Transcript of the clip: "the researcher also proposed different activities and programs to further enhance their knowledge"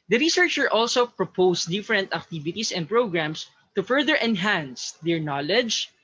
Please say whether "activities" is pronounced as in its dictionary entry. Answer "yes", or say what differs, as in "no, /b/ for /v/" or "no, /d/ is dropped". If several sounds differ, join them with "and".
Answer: no, /s/ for /z/